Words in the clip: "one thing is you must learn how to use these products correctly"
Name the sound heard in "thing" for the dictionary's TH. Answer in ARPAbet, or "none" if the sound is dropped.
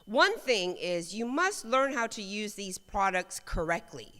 TH